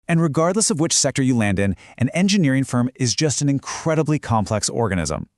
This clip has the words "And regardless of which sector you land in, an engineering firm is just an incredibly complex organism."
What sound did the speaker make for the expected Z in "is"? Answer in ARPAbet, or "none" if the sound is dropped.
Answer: Z